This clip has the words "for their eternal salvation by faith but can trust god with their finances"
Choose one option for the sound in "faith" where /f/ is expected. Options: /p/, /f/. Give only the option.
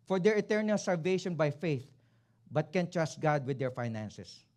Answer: /f/